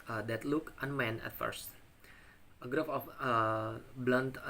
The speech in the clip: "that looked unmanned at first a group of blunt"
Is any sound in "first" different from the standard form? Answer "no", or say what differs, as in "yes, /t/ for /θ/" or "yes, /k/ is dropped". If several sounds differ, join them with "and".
no